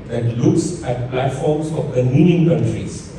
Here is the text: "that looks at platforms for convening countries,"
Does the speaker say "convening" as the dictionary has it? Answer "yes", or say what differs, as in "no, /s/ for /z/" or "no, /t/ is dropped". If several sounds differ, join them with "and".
no, /v/ is dropped